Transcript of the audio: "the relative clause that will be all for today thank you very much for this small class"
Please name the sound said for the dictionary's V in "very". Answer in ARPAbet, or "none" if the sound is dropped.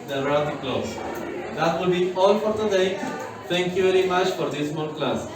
V